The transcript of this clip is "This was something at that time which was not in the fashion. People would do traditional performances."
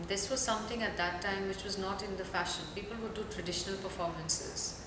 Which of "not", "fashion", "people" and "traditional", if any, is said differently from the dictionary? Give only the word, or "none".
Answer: none